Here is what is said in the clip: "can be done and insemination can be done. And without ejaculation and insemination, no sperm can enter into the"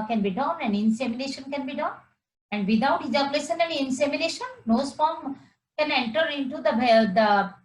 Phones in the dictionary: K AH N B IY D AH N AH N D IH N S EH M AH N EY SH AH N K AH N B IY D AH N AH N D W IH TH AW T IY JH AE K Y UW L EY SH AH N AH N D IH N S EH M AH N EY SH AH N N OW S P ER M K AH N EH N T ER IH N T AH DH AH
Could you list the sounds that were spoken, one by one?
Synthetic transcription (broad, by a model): K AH N B IY D AH N AH N D IH N S EH M AH N EY SH AH N K AH N B IY D AH N AH N D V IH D AW T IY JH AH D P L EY S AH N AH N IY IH N S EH M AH N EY SH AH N N OW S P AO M K AH N EH N T ER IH N T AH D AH